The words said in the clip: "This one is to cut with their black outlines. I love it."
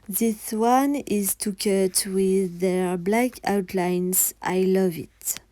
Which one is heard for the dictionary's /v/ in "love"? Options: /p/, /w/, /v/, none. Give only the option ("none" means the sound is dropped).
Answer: /v/